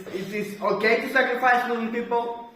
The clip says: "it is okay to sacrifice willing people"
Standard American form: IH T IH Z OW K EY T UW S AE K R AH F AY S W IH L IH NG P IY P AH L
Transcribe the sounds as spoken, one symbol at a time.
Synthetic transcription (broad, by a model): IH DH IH S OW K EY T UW S AE K R AH F AY S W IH IH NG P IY P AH L